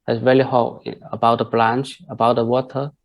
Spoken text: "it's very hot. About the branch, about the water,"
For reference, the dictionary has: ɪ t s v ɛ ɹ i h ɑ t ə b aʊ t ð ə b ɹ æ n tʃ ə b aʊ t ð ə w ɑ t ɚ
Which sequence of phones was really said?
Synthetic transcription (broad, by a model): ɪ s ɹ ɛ l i h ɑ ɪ ə b aʊ t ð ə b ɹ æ n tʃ ə b aʊ t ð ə w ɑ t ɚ